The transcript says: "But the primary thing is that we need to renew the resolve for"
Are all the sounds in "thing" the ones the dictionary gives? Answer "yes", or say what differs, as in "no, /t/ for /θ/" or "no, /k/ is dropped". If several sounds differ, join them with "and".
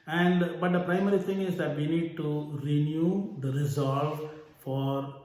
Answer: no, /t/ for /θ/